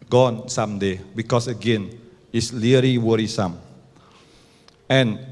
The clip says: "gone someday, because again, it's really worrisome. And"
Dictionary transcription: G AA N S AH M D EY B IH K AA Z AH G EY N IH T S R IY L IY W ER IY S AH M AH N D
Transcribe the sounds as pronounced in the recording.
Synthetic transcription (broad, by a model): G AA N S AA M D EY B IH K AA S AH G EY N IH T S L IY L IY W ER IY S AH M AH N